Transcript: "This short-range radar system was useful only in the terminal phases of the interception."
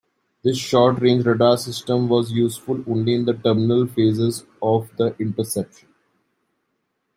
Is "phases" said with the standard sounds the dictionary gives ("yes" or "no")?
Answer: yes